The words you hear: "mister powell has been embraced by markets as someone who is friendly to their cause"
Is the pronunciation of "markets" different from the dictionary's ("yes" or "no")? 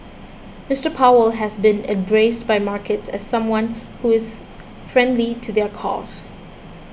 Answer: no